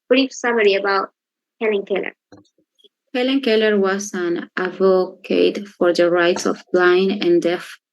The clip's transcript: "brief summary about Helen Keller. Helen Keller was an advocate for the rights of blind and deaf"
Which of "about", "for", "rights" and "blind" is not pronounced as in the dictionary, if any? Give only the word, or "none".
blind